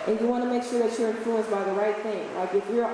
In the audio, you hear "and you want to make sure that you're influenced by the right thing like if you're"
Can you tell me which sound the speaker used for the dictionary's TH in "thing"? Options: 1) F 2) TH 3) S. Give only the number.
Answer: 2